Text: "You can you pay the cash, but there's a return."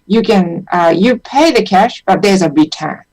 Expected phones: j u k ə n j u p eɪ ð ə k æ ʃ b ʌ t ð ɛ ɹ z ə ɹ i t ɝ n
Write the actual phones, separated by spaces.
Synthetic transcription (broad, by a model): j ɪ k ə n j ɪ p eɪ ð ə k æ ʃ b ʌ t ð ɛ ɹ z ə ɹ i t ɝ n